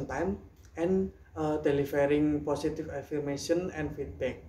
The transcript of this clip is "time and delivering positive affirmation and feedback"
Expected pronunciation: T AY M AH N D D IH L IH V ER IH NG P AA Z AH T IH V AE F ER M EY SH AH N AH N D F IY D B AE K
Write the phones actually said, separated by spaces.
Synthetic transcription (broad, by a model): T AY M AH N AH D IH L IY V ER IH NG P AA S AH T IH F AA F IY M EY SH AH N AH N F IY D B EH K